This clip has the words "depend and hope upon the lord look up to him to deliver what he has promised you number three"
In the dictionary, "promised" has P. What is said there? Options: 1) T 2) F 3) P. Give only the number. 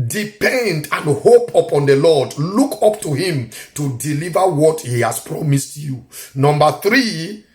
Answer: 3